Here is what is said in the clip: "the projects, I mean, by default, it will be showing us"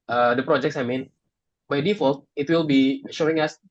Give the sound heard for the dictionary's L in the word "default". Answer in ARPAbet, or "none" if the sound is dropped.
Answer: L